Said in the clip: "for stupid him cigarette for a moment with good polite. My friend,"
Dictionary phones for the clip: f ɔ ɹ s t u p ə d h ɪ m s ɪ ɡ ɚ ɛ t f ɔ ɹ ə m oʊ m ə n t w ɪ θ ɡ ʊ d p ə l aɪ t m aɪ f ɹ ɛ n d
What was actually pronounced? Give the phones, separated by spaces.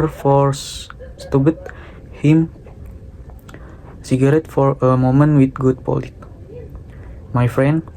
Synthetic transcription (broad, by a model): f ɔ ɹ s t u b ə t h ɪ m s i ɡ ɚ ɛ t f ɔ ɹ ə m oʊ m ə n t w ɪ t ɡ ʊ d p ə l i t m aɪ f ɹ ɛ n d